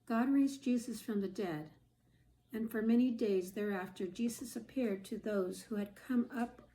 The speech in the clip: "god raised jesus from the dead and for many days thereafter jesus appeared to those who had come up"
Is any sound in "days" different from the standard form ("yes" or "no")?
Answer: no